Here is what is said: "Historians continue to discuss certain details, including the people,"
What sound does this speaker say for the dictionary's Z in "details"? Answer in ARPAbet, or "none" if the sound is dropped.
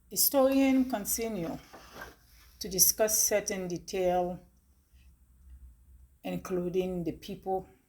none